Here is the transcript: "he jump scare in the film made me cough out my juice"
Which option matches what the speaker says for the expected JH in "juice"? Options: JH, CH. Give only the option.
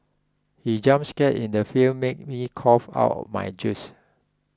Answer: JH